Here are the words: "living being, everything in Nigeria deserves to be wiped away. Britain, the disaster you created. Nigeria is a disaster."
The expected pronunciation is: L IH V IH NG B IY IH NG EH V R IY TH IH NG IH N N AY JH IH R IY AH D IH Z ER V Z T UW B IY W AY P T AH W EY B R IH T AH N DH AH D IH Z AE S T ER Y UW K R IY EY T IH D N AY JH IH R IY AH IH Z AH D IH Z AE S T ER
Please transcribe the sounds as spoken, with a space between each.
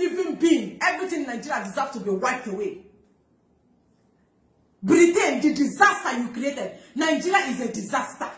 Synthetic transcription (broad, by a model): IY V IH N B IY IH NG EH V R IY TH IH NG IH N N AY JH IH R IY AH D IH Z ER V T UW B IY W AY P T AH W EY B R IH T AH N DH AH D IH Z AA S T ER Y UW K R IY EY T IH D N AY JH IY R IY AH IH Z AH D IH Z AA S T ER